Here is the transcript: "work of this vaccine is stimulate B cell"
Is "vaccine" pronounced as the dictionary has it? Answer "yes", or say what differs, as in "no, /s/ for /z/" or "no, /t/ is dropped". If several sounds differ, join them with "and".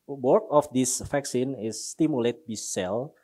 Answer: no, /f/ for /v/